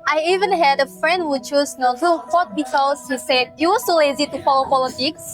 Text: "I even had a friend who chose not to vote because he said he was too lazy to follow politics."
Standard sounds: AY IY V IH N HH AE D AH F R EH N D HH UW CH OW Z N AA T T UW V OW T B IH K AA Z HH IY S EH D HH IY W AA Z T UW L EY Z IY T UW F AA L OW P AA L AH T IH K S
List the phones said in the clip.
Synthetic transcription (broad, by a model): AY IY V IH N HH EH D AH F R EH N D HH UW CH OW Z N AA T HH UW F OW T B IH K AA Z HH IY S EH D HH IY W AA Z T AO L EY Z IY T UW F AA L OW P AA L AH T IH K S